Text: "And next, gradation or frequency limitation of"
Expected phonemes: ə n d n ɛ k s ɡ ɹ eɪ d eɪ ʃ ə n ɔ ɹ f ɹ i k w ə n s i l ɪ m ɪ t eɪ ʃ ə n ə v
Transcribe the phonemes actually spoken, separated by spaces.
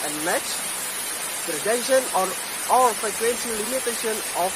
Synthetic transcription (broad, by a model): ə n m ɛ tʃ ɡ ɹ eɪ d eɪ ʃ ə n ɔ l f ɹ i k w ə n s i l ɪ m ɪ t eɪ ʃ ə n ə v